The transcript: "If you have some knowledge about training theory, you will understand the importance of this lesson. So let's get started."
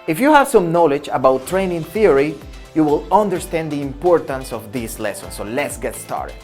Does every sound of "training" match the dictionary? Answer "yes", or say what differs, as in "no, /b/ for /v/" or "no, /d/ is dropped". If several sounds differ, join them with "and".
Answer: yes